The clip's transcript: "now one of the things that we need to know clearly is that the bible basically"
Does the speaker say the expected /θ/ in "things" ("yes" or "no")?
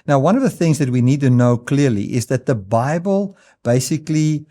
yes